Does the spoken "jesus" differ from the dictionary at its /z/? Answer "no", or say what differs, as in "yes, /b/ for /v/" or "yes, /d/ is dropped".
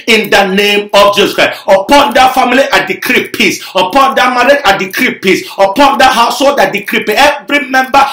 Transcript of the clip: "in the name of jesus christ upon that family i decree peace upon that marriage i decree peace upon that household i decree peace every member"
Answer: yes, /s/ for /z/